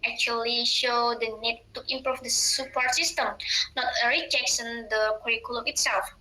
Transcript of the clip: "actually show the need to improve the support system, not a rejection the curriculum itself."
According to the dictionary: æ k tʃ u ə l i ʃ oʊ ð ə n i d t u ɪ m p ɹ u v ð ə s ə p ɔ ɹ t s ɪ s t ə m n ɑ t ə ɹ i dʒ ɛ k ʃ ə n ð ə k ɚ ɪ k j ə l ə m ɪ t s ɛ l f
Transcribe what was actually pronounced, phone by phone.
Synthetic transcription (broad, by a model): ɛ k tʃ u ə l i ʃ oʊ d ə n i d t u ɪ m p ɹ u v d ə s ə p ɔ ɹ t s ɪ s t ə m n ɑ t ə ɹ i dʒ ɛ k s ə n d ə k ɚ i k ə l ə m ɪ t s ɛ l f